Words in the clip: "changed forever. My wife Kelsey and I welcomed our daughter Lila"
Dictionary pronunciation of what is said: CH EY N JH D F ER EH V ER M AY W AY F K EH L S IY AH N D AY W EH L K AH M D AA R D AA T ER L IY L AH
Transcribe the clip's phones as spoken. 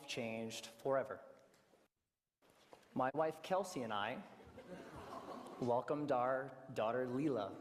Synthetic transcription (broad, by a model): CH EY N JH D F ER EH V ER M AY W AY F K EH L S IY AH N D AY W EH L K AH M D AA R D AA T ER L IY L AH